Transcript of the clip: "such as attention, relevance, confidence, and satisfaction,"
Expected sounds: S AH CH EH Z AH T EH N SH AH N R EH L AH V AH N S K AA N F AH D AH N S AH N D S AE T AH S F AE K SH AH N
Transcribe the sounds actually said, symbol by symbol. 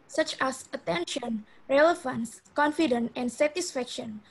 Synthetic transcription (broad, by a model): S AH CH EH S AH T EH N SH AH N R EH L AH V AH N S K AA N F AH D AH N AH N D S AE T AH S F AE K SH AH N